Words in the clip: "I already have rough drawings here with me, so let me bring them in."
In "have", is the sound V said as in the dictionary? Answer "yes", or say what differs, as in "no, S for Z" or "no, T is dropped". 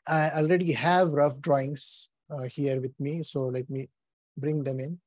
yes